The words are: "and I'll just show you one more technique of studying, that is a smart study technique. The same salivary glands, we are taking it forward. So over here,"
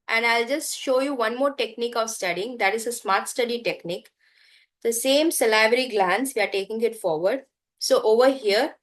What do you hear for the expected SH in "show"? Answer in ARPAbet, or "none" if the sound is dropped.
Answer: SH